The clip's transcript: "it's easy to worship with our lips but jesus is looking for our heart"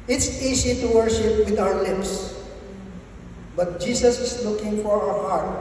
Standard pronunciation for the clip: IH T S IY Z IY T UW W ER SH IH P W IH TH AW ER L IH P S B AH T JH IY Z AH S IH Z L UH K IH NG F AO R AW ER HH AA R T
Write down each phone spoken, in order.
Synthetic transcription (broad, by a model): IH T S IY S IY T UW W ER SH IH P W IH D AW ER L IH P S B AH T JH IY S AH S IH S L UH K IH NG F AO R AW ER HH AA R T